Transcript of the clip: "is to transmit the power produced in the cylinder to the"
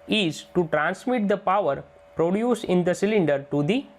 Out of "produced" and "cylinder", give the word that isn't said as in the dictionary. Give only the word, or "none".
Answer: produced